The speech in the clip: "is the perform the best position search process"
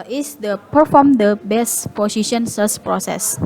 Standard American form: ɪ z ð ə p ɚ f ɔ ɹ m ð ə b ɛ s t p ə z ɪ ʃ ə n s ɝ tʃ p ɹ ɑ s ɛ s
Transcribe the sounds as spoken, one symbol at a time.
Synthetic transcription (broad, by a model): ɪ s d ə p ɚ f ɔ m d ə b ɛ s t p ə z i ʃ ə n s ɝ s p ɹ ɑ s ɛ s